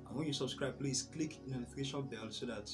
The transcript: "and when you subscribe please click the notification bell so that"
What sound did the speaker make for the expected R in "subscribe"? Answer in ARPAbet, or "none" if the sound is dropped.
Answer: R